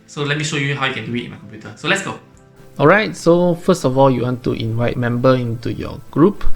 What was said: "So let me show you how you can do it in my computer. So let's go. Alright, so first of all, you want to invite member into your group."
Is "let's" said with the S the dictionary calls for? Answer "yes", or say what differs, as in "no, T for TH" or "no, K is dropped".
yes